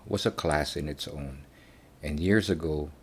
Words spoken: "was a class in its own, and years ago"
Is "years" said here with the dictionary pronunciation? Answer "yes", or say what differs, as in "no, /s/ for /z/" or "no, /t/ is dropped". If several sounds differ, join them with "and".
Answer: yes